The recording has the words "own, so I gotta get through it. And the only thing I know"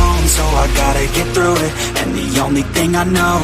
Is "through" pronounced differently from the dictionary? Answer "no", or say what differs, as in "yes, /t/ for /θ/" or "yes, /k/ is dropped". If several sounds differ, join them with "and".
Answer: no